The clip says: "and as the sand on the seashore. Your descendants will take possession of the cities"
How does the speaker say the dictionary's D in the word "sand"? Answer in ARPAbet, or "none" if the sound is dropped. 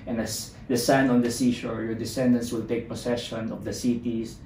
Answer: none